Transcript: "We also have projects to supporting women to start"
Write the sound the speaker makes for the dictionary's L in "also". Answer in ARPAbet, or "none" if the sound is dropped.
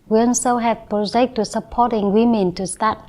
N